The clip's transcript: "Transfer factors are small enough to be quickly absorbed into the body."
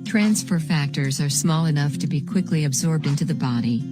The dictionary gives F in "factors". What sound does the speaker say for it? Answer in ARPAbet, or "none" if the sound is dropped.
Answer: F